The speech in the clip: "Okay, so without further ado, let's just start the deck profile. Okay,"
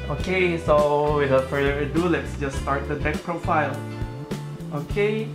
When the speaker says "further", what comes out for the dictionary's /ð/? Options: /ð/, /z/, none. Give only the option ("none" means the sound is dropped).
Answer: none